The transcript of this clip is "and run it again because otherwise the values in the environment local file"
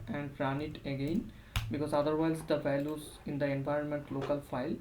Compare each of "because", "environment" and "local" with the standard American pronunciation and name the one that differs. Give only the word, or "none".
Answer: none